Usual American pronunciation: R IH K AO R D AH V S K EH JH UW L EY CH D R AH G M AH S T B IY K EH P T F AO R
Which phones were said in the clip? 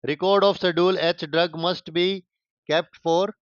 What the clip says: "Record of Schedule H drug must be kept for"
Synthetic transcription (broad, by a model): R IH K AO R D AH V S AH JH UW L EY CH D R AH G M AH S T B IY K EH P T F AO R